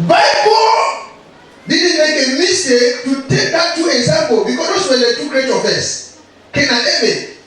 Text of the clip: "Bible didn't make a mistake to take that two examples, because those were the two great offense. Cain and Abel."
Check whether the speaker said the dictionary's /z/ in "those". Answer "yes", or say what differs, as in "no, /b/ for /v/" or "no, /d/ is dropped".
no, /s/ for /z/